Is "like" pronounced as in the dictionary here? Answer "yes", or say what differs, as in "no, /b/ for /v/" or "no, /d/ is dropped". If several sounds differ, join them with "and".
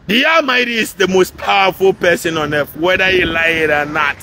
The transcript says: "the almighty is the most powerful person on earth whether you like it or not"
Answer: no, /k/ is dropped